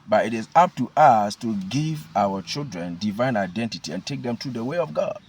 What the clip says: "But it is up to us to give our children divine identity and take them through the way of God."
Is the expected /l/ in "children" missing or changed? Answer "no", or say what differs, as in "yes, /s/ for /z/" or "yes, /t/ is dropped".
no